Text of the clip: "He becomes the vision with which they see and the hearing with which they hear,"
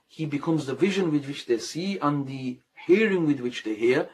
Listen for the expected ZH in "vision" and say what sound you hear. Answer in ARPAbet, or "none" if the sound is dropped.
ZH